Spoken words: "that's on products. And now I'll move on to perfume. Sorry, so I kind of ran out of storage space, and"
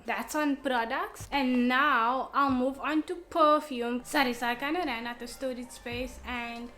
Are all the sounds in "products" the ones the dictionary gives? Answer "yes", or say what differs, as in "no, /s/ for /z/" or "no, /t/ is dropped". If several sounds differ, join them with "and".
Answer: yes